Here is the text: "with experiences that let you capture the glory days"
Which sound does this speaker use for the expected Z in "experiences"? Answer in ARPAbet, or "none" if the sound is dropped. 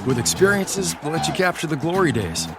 Z